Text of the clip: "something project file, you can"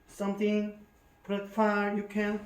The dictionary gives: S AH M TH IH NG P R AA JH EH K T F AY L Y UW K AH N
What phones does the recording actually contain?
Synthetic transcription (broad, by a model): S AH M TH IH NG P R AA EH T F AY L Y UW K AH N